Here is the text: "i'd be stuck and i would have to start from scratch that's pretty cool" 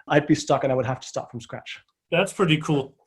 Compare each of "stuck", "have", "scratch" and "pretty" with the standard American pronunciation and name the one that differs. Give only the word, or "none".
have